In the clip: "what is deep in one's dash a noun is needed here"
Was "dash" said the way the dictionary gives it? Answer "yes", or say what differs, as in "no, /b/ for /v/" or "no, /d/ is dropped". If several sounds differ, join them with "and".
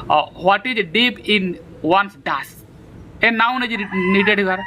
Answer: no, /s/ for /ʃ/